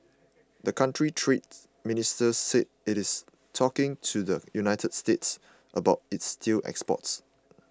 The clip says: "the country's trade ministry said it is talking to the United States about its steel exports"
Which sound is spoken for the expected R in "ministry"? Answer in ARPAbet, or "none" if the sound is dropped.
none